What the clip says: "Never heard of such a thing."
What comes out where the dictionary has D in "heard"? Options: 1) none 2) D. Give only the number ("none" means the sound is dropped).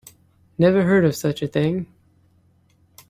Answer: 2